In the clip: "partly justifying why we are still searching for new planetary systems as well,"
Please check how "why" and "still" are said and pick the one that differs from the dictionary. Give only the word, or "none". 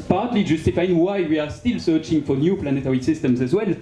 none